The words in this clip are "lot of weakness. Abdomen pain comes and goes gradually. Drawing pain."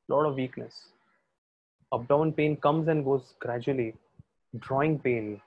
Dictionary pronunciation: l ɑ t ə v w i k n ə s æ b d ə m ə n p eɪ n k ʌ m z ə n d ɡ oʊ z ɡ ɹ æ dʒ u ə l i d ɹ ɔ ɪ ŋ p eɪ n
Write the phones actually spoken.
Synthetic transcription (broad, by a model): l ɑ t ə v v i k n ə s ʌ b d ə ə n p eɪ n k ʌ m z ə n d ɡ oʊ z ɡ ɹ æ dʒ u ə l i d ɹ ɔ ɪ ŋ p eɪ n